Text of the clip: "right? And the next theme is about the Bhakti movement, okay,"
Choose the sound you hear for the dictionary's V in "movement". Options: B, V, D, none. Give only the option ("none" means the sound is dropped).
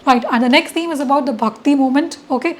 none